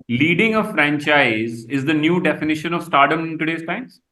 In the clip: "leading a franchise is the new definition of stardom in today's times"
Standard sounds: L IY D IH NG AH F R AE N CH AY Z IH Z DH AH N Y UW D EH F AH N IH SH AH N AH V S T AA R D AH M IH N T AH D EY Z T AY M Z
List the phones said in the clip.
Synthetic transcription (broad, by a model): L IY D IH NG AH F R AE N CH AY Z IH Z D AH N Y UW D EH F AH N IH SH AH N AH V S T AA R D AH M IH N T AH D EY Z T AY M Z